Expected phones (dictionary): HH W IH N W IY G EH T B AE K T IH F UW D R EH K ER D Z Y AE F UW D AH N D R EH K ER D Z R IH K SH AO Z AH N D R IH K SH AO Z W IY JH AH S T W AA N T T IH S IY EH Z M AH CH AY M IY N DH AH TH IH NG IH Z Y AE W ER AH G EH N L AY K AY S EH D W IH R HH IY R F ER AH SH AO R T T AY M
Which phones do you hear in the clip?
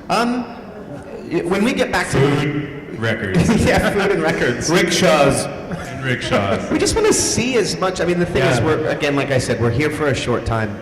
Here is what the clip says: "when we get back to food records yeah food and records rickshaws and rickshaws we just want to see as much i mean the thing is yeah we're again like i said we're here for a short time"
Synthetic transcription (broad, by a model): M W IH N W IY G EH T B AE K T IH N R EH K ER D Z Y AE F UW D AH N R EH K ER D Z R IH K SH AO Z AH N R IH K SH AO Z W IY JH AH S T W AA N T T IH S IY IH Z M AH CH AY M IY N DH AH TH IH NG IH Z W ER AH G EH N L AY K AY S EH D W IH R HH IY R F ER AH SH AO R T T AY M